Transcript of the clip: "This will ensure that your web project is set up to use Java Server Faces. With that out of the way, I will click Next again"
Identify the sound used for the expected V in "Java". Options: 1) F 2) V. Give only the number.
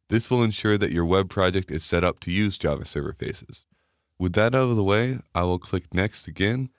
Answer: 2